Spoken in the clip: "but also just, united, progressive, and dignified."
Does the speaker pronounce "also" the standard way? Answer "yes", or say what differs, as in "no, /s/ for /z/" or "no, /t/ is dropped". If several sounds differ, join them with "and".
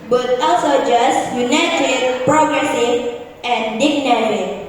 no, /l/ is dropped